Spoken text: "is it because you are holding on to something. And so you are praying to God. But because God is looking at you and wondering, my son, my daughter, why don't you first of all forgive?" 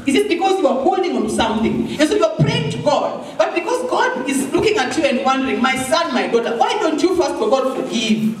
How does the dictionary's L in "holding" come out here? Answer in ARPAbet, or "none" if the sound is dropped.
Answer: L